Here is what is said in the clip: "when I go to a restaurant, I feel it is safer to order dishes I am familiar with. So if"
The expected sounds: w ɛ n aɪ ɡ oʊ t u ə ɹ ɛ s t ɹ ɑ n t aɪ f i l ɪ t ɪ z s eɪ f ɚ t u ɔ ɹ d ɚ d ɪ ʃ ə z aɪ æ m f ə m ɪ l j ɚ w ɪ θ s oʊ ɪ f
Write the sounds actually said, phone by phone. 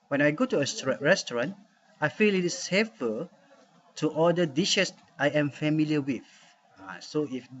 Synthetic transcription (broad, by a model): w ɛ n aɪ ɡ oʊ t u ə ɹ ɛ s t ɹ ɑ n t aɪ f i l ɪ t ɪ s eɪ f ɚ t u ɔ l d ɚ d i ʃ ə s aɪ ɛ m f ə m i l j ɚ w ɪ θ s oʊ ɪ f